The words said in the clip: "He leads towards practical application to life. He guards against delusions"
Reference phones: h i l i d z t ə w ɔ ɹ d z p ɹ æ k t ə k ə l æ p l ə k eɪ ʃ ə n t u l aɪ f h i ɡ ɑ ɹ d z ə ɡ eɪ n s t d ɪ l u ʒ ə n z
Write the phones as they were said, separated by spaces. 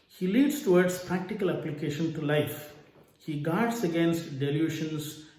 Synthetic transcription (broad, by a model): h i l i d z t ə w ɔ ɹ d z p ɹ æ k t ə k ə l æ p l ə k eɪ ʃ ə n t u l aɪ f h i ɡ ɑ ɹ d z ə ɡ eɪ n s t d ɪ l u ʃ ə n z